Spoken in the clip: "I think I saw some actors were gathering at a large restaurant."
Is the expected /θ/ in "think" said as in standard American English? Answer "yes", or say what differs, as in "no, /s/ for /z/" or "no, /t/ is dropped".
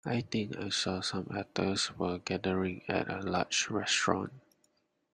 no, /t/ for /θ/